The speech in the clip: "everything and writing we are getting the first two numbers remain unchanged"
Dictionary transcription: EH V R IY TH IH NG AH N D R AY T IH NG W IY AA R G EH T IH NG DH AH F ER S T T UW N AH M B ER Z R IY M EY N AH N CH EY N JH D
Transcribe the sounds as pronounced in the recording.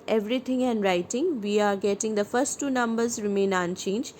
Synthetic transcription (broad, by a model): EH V R IY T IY NG AH N D R AY T IH NG W IY AA R G EH T IH NG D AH P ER S T T UW N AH M B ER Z R IY M EY N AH N CH EY N JH